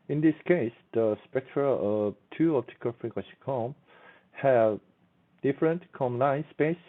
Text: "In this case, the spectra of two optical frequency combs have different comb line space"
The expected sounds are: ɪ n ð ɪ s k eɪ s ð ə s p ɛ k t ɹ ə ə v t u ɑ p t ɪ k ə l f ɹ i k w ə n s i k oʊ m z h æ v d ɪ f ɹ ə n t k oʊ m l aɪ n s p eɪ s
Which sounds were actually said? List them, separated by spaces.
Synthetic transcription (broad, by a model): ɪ n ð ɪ s k eɪ s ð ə s p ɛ k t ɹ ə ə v t u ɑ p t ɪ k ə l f ɹ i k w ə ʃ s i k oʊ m h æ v d ɪ f ɹ ə n t k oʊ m l aɪ n s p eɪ s